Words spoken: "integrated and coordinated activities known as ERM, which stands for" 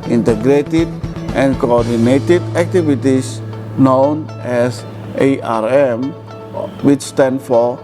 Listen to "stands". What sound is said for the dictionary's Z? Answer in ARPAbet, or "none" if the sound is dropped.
none